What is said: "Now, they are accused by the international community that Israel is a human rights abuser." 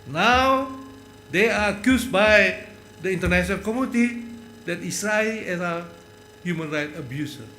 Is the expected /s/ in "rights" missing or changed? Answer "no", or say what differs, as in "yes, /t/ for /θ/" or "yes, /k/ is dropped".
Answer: yes, /s/ is dropped